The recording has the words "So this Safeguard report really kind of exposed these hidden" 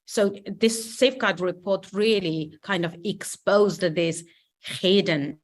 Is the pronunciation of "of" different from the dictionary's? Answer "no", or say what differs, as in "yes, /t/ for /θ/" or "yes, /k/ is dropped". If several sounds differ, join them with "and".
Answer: no